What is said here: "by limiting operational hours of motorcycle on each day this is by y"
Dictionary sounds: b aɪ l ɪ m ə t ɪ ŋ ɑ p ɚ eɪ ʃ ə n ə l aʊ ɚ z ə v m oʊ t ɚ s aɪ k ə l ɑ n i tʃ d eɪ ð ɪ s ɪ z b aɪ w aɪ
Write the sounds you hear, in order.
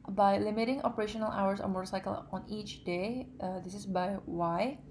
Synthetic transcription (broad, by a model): b aɪ l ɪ m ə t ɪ ŋ ɑ p ɚ eɪ ʃ ə n ə l aʊ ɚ s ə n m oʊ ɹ s aɪ k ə l ɑ n i tʃ d eɪ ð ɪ s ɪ s b aɪ w aɪ